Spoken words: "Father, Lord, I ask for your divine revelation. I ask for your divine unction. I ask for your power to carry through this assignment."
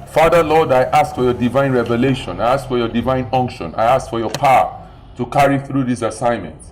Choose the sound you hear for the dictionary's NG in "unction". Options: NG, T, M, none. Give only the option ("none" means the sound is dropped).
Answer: NG